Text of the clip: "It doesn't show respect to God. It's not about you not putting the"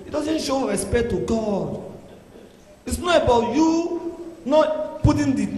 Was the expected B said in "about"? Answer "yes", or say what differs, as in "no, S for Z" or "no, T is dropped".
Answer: yes